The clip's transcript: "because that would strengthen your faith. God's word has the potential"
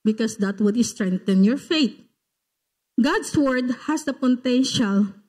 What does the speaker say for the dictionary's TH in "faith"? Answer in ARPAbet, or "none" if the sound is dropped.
T